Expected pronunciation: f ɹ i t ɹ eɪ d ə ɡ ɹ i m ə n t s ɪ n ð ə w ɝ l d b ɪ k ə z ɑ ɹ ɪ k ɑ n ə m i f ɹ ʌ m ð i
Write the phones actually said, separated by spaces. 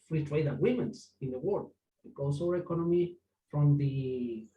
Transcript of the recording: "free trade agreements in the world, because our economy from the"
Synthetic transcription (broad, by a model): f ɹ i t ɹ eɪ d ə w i m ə n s ɪ n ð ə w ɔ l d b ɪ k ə s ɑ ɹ ɪ k ɑ n ə m i f ɹ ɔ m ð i